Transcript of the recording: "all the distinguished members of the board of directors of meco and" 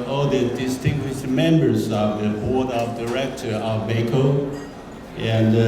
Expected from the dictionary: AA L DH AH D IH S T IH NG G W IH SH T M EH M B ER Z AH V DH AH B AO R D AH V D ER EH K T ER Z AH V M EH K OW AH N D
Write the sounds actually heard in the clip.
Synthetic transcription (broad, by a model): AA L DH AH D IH S T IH NG G W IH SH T M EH M B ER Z AH V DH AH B AO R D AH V D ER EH K T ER AH V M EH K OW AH N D